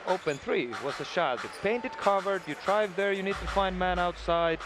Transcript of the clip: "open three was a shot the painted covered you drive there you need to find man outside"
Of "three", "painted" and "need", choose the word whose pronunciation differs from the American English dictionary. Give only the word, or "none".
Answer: none